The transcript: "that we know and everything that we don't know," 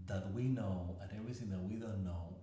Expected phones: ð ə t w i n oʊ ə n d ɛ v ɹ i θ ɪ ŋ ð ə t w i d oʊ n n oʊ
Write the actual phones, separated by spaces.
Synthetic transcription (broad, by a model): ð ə t w i n oʊ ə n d ɛ v ɹ i θ ɪ ŋ ð ə t w i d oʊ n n oʊ